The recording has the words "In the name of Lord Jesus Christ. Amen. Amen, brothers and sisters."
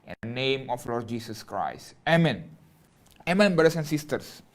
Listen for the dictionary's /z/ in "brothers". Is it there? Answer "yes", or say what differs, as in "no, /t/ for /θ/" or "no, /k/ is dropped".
no, /s/ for /z/